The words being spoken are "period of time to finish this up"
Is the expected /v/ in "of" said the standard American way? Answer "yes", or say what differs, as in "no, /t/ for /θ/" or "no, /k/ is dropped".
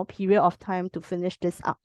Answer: no, /f/ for /v/